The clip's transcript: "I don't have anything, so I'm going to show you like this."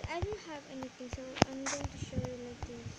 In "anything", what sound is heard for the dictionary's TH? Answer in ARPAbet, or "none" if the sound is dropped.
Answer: T